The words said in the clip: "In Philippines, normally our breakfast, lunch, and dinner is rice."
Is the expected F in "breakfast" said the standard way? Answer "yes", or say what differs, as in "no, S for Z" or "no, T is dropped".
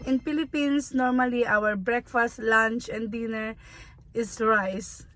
yes